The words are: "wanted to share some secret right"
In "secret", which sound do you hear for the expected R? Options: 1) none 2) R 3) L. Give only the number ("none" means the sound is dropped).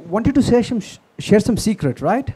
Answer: 2